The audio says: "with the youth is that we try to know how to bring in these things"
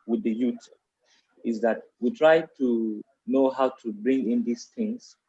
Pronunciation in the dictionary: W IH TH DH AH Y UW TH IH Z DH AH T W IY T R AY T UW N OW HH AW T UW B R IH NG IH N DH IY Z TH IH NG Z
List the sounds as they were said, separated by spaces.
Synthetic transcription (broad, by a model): W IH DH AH Y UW T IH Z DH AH T W IY T R AY T UW N OW HH AW T UW B R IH NG IH N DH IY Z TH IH NG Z